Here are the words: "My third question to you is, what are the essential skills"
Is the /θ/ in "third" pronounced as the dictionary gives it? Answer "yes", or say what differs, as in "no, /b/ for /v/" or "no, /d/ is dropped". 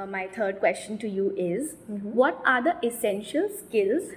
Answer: no, /t/ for /θ/